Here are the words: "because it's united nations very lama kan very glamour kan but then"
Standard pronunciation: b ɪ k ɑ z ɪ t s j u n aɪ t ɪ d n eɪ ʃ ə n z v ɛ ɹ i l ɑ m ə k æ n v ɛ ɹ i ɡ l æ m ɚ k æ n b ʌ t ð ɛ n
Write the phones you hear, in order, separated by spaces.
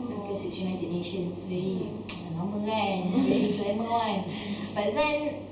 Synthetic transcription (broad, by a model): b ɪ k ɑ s ɪ t s j u n aɪ t ɪ d n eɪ ʃ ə n s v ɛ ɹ i n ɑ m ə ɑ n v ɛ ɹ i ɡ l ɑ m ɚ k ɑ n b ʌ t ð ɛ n